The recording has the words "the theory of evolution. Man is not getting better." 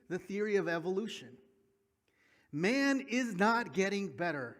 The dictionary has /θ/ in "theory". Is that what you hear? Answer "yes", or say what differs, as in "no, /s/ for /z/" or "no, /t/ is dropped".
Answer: yes